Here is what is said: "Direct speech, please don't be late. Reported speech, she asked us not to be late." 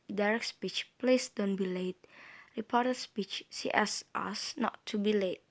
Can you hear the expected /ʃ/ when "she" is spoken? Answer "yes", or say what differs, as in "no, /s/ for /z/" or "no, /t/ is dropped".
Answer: no, /s/ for /ʃ/